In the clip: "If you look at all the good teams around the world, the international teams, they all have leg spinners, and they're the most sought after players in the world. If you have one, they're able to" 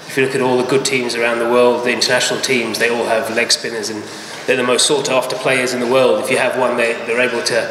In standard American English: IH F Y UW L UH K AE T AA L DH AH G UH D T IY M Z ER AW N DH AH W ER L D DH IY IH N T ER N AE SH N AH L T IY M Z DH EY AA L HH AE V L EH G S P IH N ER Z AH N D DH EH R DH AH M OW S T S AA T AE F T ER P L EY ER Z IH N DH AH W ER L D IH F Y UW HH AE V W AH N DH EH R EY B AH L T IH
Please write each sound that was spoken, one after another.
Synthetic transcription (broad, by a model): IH F Y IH L UH K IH T AA L DH AH G UH D T IY M Z ER AW N DH AH W ER L D DH IY IH N T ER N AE SH N L T IY M Z DH EY AA L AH V L EH G S P IH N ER Z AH N DH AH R DH AH M OW S T S AA T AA F T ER P L EY ER Z IH N DH AH W ER L D IH F Y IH V W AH N DH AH R EY B AH L T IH